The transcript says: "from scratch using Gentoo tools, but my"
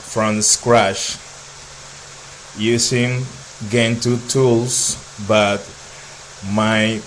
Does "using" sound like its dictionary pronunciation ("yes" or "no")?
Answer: no